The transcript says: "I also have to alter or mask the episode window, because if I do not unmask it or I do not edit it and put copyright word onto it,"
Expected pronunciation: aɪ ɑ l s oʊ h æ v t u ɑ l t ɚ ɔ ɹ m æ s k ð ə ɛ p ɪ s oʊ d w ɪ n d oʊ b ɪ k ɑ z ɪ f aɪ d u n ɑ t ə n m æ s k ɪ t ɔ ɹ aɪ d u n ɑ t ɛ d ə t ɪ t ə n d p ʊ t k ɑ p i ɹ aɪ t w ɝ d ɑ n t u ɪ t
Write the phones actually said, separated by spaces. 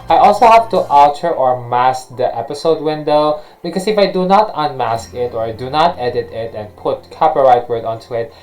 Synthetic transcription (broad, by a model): aɪ ɑ l s oʊ h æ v t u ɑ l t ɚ ɔ ɹ m æ s k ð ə ɛ p ɪ s oʊ d w ɪ n d oʊ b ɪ k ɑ s ɪ f aɪ d u n ɑ t ə n m æ s k ɪ t ɔ ɹ aɪ d u n ɑ t ɛ d ə t ɪ t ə n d p ʊ t k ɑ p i ɹ aɪ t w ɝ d ɑ n t u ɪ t